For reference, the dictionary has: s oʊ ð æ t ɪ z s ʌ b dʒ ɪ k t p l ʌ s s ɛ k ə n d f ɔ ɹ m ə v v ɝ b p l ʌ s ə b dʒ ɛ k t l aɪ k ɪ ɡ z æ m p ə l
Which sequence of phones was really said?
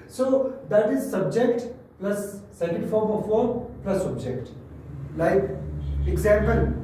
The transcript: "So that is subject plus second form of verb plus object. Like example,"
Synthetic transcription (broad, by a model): s oʊ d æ t ɪ z s ʌ b dʒ ɪ k t p l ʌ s s ɛ k ə n d f ɔ ɹ m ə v f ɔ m p l ʌ s ə b dʒ ɛ k t l aɪ k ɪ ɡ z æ m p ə l